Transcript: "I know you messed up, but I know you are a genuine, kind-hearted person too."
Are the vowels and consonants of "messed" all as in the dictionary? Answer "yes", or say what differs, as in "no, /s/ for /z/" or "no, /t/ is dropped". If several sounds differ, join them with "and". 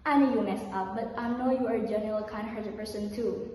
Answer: no, /t/ is dropped